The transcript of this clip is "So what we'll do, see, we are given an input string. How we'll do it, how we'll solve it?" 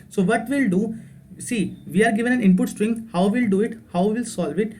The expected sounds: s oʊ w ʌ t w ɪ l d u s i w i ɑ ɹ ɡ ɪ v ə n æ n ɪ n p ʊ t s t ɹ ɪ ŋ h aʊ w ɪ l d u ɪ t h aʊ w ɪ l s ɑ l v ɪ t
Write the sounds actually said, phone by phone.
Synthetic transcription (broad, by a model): s oʊ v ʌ t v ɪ l d u s i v i ɑ ɹ ɡ ɪ v ə n æ n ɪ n p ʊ t s t ɹ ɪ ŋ h aʊ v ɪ l d u ɪ t h aʊ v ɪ l s ɑ l v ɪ t